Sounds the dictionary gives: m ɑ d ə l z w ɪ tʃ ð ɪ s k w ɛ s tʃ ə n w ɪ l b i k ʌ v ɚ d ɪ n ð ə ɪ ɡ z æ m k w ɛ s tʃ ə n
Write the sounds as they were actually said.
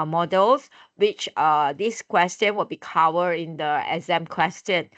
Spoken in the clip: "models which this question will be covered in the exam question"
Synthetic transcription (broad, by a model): m ɑ d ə l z w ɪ tʃ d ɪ s k w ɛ s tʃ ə n w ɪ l b i k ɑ w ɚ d ɪ n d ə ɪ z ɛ m k w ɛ s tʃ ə n